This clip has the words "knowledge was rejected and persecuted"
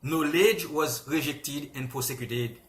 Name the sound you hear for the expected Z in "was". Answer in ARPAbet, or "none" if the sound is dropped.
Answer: Z